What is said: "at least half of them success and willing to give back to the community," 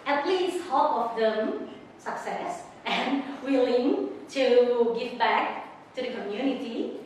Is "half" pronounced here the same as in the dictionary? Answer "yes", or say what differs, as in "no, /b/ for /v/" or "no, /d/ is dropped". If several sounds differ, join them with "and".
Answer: no, /p/ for /f/